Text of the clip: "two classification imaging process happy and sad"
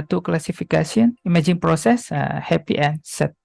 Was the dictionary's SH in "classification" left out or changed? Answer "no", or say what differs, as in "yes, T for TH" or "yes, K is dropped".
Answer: yes, S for SH